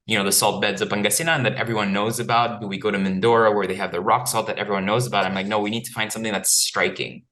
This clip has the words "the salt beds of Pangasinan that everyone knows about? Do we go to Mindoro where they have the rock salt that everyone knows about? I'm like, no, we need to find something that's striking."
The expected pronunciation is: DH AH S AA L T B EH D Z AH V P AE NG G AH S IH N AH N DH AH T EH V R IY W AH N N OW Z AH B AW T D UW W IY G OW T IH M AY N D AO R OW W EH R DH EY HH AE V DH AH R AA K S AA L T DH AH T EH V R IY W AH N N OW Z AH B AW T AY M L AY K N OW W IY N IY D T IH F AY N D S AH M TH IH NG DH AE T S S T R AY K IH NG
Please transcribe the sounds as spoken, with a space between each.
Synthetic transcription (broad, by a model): DH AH S AA L T B EH D Z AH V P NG G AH S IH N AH N DH AH T EH V R IY W AH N N OW Z AH B AW T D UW W IY G OW T IH M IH N D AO R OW W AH R DH EY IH V DH AH R AA K S AA L T DH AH T EH V R IY W AH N N OW Z AH B AW T AY M L AY K N OW W IY N IY D T IH F AY N D S AH M TH IH NG DH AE T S S T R AY K IH NG